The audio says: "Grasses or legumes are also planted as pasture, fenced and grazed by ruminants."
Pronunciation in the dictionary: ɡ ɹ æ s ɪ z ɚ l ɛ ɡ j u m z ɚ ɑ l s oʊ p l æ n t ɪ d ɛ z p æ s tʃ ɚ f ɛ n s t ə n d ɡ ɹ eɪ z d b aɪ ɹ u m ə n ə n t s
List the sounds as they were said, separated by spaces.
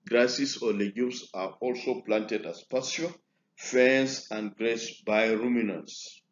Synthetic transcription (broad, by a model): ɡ ɹ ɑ s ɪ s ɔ l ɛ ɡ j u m s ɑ ɑ l s oʊ p l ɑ n t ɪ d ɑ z p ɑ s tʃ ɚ f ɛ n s ə n d ɡ ɹ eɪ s b aɪ ɹ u m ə n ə n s